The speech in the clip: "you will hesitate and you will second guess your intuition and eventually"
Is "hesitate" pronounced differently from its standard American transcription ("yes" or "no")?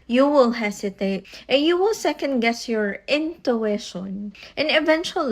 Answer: yes